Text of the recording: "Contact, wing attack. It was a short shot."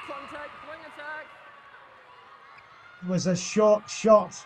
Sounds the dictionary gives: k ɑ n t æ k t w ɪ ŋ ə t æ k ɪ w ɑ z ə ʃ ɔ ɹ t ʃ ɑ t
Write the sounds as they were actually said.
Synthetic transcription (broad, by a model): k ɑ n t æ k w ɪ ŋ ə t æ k ɪ w ɑ z ə ʃ ɔ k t ʃ ɑ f